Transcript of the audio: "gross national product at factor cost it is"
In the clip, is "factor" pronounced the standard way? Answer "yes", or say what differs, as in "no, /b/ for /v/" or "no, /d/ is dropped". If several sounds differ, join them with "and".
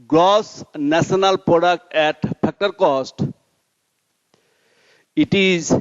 no, /p/ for /f/